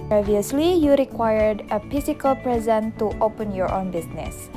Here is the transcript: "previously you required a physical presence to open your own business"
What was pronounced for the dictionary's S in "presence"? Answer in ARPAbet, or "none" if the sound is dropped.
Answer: none